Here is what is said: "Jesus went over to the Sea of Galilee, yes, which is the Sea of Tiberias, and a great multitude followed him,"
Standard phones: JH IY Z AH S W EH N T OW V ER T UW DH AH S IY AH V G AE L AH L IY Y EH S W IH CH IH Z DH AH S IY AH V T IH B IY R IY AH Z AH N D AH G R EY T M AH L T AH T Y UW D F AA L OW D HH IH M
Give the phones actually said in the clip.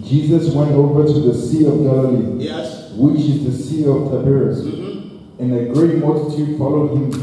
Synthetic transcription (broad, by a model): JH IY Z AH S W EH N T OW V ER T UW DH AH S IY AH V G AE L AH L IY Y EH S W IH CH IH Z DH AH S IY AH V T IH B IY R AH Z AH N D AH G R EY T M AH L T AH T Y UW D F AA L OW D HH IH M